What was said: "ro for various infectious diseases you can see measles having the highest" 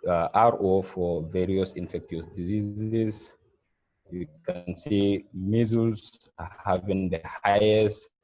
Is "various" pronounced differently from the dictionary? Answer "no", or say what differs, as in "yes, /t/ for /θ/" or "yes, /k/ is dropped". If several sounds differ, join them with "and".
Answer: no